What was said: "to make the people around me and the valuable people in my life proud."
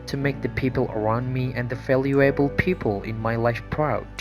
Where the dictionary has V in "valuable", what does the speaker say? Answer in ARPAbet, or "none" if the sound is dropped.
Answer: F